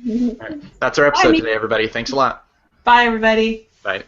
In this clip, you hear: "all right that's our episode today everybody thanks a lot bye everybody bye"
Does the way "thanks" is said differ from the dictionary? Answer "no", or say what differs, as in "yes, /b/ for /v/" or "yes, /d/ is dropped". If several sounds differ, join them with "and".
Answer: no